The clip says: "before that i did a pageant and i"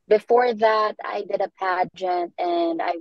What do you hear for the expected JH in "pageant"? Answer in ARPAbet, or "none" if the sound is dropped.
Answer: JH